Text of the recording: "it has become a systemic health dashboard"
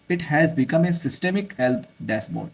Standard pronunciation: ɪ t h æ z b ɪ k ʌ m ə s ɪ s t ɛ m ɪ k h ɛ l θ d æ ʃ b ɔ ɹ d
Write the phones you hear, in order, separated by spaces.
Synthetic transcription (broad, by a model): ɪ t h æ z b ɪ k ʌ m ə s ɪ s t ɛ m ɪ k h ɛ l t d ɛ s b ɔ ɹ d